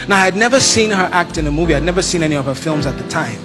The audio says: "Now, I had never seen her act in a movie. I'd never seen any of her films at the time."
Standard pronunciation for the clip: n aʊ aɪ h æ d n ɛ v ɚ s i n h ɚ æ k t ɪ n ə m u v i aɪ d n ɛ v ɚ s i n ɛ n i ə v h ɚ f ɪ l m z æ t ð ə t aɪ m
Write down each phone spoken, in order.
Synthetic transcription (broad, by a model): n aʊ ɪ d n ɛ v ɚ s i n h ɚ æ k t ɪ n ə m u v i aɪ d n ɛ v ɚ s i n ɛ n i ə v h ɚ f ɪ l m z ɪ t ð ə t aɪ m